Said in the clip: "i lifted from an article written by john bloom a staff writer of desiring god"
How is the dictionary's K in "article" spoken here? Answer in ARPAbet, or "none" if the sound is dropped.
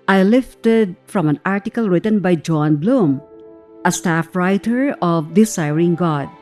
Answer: K